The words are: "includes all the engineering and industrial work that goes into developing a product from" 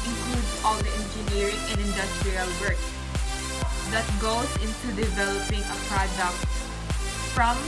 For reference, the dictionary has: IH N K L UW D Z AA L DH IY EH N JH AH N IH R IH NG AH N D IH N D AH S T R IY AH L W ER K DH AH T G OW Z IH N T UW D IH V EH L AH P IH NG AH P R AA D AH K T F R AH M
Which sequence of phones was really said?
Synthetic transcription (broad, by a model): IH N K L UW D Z AA L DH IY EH N JH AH N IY R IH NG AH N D IH N D AH S T R IY AH L W ER K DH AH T G OW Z IH N T UW D IH V EH L AH P IH NG AH P R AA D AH K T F R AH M